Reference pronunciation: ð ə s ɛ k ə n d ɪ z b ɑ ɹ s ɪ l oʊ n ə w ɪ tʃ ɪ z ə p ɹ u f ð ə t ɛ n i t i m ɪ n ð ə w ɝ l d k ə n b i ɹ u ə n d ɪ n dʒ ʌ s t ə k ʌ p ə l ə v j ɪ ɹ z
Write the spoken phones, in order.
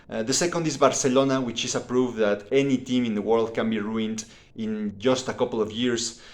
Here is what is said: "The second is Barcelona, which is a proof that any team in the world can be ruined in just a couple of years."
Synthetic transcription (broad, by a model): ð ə s ɛ k ə n d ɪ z b ɑ ɹ s ɪ l oʊ n ə w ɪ tʃ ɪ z ə p ɹ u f ð ə t ɛ n i t i m ɪ n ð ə w ɝ l d k ə n b i ɹ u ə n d ɪ n dʒ ʌ s t ə k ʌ p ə l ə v j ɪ ɹ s